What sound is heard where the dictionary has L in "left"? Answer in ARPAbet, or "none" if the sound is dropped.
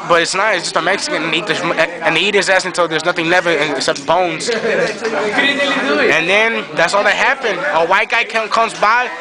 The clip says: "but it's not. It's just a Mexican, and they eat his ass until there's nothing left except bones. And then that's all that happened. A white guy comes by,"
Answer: N